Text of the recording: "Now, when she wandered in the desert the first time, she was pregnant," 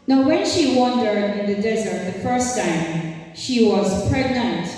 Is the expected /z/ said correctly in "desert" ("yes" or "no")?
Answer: yes